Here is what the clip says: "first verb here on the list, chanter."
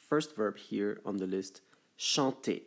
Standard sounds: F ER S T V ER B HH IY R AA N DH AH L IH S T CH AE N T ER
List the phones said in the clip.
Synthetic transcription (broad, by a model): F ER S T V ER B HH IY R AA N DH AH L IH S T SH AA T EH